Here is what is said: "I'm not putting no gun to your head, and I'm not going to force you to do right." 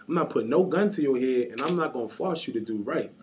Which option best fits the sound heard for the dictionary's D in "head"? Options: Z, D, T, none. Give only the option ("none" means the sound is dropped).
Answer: none